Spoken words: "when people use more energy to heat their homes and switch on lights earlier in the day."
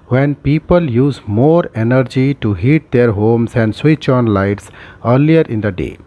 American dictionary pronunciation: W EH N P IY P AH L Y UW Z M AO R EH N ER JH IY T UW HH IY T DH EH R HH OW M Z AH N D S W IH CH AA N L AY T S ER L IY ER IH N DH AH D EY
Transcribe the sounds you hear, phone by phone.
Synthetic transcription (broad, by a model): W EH N P IY P AH L Y UW Z M AO R EH N ER JH IY T UW HH IY T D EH R HH OW M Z AH N D S W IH CH AA N L AY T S ER L IY ER IH N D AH D EY